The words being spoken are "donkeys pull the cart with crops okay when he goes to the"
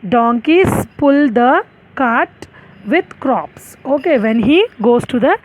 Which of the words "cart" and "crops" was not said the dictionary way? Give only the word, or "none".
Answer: none